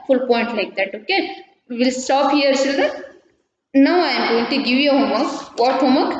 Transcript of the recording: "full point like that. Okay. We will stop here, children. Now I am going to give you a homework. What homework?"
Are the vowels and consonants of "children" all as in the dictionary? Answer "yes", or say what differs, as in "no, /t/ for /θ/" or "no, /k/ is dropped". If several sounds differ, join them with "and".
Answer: no, /ɹ/ is dropped